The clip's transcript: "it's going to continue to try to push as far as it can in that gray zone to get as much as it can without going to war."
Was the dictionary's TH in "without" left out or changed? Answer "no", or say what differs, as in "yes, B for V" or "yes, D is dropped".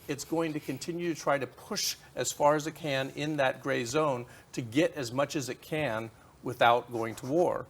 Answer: no